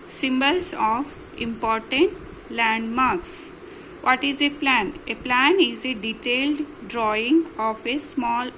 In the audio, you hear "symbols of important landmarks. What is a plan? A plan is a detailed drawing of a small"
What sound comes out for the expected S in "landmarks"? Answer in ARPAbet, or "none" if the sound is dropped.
S